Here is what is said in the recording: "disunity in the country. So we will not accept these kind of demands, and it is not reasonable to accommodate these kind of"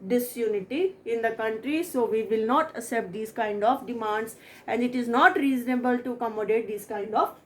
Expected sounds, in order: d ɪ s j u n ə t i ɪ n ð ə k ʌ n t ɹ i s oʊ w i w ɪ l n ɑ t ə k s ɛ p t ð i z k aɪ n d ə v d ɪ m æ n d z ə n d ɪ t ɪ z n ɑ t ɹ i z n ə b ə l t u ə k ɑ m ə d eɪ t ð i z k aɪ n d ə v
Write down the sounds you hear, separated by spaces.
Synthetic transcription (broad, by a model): d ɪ s j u n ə t i ɪ n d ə k ʌ n t ɹ i s oʊ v i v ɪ l n ɑ t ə s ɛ p t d i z k aɪ n d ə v d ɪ m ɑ n d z ə n d ɪ t ɪ z n ɑ t ɹ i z n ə b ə l t u k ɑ m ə d eɪ t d i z k aɪ n d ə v